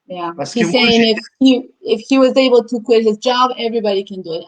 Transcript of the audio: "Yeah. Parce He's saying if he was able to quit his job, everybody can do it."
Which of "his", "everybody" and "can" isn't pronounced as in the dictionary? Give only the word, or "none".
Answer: none